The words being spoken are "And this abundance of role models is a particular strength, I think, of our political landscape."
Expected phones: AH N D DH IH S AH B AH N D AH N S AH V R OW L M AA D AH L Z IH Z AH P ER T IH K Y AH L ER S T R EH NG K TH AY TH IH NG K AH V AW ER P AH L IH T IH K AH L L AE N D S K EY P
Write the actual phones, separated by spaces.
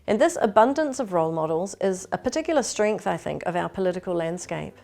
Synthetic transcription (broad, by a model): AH N DH IH S AH B AH N D AH N S AH V R OW L M AA D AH L Z IH Z AH P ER T IH K Y L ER S T R EH NG K TH AY TH IH NG K AH V AW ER P AH L IH T IH K AH L L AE N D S K EY P